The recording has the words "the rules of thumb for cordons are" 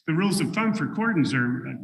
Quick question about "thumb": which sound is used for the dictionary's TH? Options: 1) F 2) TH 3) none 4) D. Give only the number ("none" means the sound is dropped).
1